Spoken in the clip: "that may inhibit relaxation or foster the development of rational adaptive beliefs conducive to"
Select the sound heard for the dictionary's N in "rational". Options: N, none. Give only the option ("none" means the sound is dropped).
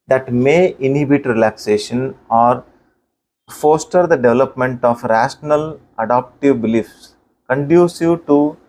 N